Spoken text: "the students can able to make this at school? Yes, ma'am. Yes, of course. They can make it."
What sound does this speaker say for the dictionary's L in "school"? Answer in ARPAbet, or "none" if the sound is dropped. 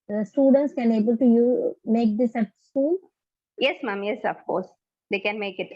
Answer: N